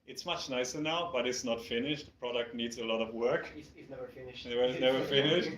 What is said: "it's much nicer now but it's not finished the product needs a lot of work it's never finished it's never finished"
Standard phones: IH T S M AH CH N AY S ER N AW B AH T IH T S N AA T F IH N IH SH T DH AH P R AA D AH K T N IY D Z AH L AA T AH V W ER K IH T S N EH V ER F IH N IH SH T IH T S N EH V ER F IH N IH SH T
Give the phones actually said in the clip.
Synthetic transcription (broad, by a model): IH T S M AH CH N AY S ER N AW B AH T IH T S N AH T F IH N IH SH T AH P R AA D AH K T N IY D Z AH L AA T AH V W ER K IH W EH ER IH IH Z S N EH V ER F IH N IH SH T